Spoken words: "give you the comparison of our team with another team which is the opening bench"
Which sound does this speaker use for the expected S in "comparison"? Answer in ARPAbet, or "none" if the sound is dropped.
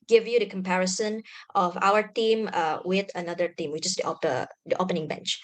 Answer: S